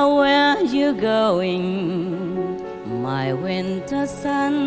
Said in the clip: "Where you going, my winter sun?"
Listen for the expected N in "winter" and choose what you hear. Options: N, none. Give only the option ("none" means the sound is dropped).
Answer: N